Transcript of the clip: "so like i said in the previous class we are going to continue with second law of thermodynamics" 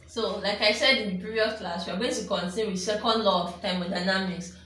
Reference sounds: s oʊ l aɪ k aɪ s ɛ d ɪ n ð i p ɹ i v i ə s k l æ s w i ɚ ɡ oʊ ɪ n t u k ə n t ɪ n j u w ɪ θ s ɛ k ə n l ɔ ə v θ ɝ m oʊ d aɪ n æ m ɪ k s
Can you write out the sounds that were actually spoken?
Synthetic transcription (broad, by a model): s oʊ l aɪ k aɪ s ɛ d ɪ n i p i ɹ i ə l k l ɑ s w i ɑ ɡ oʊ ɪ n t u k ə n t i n w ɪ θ s ɛ k ə n l ɔ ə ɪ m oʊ d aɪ n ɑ m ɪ k s